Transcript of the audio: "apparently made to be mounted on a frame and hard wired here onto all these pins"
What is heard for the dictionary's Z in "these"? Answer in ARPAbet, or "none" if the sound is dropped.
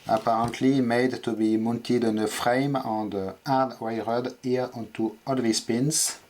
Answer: S